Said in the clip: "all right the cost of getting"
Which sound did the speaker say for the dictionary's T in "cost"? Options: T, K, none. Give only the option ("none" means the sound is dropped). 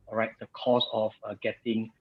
none